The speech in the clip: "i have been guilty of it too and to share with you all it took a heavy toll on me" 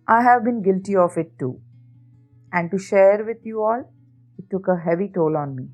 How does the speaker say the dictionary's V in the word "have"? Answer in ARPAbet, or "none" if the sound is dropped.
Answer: V